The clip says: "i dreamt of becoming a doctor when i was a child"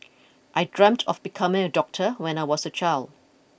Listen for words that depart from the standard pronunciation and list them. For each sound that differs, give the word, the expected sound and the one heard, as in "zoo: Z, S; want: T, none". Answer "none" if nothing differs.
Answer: was: Z, S